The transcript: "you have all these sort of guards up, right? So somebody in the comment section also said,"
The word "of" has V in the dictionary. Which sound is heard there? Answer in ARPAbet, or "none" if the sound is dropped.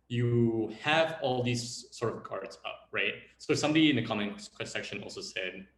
V